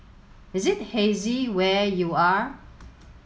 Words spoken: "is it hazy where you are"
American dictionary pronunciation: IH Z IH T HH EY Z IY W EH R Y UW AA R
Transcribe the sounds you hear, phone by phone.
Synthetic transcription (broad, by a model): IH Z IH T HH EY Z IY W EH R Y UW AA R